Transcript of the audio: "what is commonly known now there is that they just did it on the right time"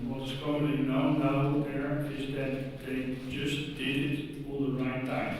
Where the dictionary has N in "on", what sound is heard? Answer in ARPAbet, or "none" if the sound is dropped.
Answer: L